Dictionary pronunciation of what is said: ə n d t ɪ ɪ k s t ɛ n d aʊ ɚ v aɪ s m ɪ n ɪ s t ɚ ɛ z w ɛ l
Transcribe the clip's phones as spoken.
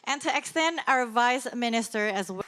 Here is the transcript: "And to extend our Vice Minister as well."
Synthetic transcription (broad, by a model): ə n t ɪ ɪ k s t ɛ n d aʊ ɚ v aɪ s m ɪ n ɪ s t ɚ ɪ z w